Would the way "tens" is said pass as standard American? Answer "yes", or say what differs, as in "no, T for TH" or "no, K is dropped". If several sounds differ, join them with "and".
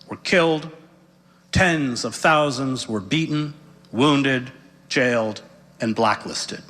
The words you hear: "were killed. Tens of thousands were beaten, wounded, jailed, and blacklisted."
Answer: yes